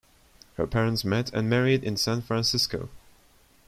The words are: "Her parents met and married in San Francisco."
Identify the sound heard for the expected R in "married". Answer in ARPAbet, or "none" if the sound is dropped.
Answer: R